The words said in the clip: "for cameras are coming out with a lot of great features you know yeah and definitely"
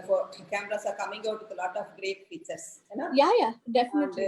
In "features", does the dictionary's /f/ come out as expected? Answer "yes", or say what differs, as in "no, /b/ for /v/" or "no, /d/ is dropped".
no, /p/ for /f/